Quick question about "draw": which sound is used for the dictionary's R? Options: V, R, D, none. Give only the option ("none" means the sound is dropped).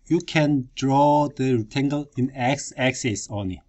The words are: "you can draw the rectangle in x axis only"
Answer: R